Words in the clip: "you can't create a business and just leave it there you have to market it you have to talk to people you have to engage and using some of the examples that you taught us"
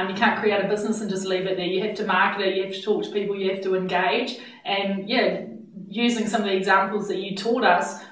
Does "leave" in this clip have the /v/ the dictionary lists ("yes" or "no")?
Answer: yes